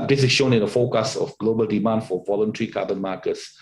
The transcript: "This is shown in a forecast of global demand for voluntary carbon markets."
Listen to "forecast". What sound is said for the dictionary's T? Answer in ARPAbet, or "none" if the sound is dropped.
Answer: none